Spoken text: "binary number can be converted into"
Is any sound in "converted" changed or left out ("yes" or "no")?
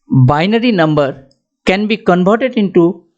yes